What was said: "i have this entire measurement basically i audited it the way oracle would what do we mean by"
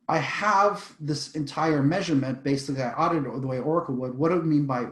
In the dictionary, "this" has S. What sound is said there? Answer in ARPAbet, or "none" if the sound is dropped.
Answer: S